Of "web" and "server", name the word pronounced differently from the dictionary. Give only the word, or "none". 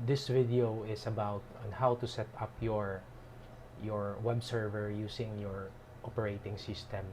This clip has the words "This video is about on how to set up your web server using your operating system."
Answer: none